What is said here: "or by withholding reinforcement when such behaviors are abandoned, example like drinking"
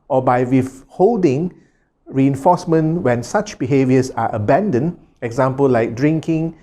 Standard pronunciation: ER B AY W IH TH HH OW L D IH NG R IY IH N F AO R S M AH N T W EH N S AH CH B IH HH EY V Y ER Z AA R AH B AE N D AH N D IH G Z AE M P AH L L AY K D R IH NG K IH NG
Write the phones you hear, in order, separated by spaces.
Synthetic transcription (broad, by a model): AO B AY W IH F HH OW L D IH NG R IY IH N F AO S M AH N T W EH N S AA CH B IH HH EY V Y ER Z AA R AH B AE N D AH N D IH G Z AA M P AH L L AY K D R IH NG K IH NG